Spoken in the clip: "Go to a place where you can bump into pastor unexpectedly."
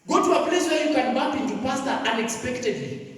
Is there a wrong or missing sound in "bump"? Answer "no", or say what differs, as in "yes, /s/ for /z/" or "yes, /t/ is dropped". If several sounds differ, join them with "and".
yes, /m/ is dropped